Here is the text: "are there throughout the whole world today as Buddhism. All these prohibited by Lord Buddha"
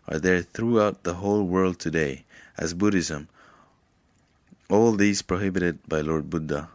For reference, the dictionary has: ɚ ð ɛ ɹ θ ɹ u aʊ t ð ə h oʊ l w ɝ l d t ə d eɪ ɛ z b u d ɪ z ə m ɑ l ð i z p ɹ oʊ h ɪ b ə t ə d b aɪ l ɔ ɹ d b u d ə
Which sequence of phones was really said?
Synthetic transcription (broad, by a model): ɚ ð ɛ ɹ θ ɹ u aʊ t ð ə h oʊ l w ɝ l d t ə d eɪ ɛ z b u d ɪ z ə m ɑ l ð i z p ɹ oʊ h ɪ b ə t ə d b aɪ l ɔ ɹ d b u d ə